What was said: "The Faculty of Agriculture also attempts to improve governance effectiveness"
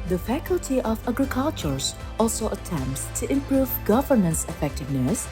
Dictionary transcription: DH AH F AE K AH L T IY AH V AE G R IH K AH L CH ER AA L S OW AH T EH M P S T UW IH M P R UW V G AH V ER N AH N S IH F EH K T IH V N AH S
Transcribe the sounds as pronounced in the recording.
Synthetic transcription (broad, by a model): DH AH F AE K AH L T IY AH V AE G R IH K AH L CH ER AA L S OW AH T EH M P S T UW IH M P R UW V G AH V ER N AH N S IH F EH K T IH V N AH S